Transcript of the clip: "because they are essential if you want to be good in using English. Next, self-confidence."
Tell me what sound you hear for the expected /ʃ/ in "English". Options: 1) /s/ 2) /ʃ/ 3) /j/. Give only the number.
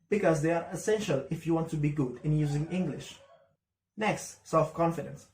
2